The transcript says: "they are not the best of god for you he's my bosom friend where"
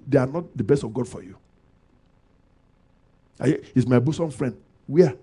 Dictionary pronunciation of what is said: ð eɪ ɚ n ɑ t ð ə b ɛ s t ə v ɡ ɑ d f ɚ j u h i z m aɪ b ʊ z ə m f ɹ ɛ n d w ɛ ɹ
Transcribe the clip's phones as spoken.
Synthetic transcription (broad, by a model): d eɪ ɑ n ɑ t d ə b ɛ s t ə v ɡ ɑ d f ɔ j u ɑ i s m aɪ b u s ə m f ɹ ɛ n d w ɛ